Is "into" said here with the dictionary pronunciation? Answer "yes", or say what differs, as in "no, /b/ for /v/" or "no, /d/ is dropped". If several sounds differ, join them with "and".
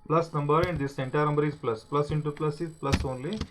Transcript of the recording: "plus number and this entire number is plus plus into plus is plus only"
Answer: yes